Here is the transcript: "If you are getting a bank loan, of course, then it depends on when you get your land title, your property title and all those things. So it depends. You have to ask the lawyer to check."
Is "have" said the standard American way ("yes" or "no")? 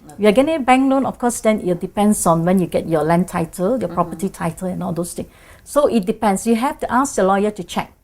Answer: no